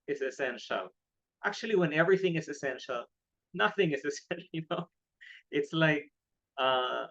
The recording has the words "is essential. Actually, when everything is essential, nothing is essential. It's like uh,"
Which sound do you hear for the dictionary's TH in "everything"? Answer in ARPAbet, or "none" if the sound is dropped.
TH